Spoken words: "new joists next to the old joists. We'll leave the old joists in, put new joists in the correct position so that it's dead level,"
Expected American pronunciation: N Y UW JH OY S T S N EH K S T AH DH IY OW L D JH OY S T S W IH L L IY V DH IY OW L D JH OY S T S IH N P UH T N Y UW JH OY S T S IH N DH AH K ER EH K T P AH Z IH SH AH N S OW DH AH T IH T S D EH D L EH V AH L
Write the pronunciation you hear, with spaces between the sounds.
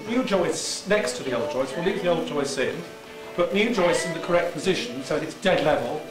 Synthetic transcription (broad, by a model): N Y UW JH OY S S N EH K S T AH DH IY OW L D JH OY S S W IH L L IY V DH IY OW L D JH OY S S IH N B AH T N Y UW JH OY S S IH N DH AH K ER EH K T P AH Z IH SH AH N S OW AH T IH T S D EH D L EH V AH L